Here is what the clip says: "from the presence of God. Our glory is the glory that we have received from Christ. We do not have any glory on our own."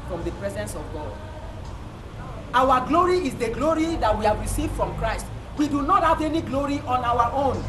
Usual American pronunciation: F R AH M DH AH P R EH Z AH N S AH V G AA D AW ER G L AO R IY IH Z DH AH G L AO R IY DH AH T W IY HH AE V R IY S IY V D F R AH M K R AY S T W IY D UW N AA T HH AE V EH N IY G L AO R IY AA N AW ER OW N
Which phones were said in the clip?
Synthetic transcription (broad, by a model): F R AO M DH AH P R EH Z AH N S AH V G AA D AW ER G L AO R IY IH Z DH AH G L AO R IY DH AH T W IY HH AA V R IY S IY V D F R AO M K R AY S T W IY D UW N AA T HH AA V EH N IY G L AO R IY AA N AW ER OW N